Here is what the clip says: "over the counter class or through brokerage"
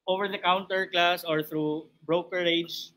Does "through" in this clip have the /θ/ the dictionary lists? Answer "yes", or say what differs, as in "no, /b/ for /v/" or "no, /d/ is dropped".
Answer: no, /t/ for /θ/